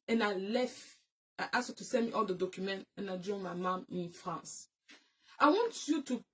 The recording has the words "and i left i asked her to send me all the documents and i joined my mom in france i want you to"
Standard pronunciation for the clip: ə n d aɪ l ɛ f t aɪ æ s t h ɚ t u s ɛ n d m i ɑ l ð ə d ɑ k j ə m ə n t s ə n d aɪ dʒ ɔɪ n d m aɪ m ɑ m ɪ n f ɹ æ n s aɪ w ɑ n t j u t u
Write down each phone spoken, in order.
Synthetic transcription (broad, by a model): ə n aɪ l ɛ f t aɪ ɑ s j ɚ t u s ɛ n m i ɑ l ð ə d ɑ k j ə m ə n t ə n aɪ dʒ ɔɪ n m aɪ m ɑ m ɪ n f ɹ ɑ n s aɪ w ɑ n t j u t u